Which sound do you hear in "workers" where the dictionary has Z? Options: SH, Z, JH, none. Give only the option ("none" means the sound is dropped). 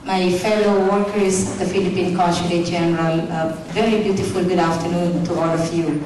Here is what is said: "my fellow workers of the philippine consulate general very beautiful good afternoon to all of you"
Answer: none